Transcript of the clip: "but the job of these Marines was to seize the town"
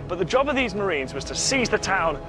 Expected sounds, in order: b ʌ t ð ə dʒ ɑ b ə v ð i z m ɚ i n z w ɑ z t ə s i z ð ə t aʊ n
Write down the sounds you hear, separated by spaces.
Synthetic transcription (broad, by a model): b ʌ t ð ə dʒ ɑ b ə v ð i z m ɚ i n z w ɑ z t ə s i z ð ə t aʊ n